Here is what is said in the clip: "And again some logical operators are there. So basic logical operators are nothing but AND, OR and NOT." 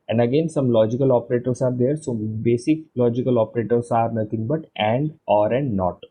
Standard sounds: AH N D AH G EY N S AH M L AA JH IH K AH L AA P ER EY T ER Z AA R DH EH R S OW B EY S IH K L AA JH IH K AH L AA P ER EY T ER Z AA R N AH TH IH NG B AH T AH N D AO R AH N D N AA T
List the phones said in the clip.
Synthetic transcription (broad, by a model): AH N D AH G EY N S AH M L AA JH IH K AH L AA P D EY T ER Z AA R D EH R S OW B EY S IH K L AA JH IH K AH L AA P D EY T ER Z AA R N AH T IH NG B AH T AH N D AO R AH N D N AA T